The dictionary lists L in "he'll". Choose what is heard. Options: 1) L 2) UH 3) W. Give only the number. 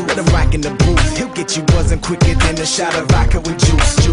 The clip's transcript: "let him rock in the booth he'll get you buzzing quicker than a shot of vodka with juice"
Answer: 1